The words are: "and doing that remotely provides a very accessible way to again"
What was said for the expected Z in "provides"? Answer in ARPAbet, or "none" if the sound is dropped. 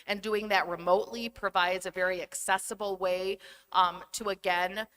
Z